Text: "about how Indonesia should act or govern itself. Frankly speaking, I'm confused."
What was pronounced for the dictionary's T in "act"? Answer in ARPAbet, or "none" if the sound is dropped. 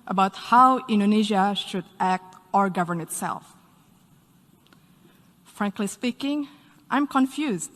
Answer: T